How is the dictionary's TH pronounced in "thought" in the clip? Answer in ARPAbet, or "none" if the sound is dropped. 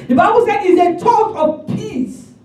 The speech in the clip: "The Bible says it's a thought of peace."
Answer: T